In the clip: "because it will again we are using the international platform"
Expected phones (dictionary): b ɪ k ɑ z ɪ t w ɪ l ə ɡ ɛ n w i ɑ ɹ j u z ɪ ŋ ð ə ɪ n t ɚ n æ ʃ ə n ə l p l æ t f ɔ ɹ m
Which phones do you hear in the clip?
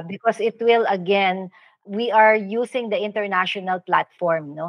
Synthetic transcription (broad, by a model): b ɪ k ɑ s ɪ t w ɪ l ə ɡ ɛ n w i ɑ ɹ j u s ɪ ŋ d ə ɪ n t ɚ n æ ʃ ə n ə l p l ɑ t f ɔ ɹ m